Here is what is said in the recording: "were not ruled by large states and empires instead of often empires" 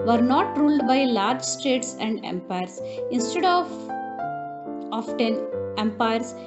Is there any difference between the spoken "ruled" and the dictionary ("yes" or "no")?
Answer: no